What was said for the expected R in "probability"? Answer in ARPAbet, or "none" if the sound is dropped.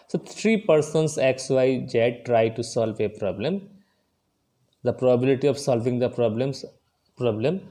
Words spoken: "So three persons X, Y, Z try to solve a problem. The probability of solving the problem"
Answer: R